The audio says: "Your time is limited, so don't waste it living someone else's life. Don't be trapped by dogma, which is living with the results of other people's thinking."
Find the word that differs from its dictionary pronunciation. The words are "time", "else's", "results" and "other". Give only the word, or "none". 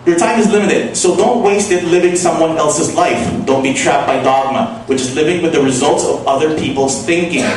none